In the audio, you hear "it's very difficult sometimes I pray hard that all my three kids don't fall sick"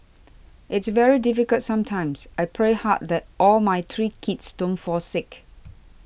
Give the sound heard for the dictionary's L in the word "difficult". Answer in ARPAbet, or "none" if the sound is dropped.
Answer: L